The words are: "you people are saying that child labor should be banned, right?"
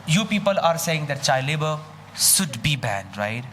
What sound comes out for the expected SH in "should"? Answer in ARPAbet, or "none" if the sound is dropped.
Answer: S